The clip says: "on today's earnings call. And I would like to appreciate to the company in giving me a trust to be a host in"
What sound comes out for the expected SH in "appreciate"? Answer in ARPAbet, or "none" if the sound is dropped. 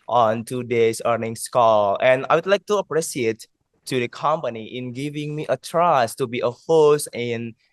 S